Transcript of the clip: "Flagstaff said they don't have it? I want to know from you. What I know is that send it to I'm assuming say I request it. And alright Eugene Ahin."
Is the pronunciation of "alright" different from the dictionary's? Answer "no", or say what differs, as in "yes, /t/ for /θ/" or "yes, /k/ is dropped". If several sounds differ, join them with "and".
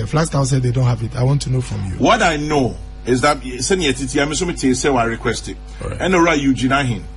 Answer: yes, /l/ is dropped